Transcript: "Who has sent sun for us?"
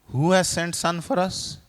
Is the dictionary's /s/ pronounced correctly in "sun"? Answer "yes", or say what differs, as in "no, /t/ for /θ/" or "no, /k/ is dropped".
yes